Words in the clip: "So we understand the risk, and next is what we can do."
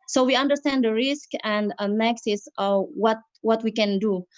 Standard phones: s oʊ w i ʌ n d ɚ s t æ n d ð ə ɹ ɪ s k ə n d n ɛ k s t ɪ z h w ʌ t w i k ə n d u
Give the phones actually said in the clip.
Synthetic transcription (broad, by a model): s oʊ w i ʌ n d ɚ s t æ n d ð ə ɹ ɪ s k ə n d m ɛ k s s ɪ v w w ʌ t w i k ə n d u